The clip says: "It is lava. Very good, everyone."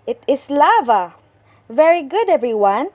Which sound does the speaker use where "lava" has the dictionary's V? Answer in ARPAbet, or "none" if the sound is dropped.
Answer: V